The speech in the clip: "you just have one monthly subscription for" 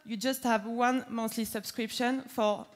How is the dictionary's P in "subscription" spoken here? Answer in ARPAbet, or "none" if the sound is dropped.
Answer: P